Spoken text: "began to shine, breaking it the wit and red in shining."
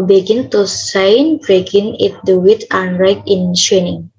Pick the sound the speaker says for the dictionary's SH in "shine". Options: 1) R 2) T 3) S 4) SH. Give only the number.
3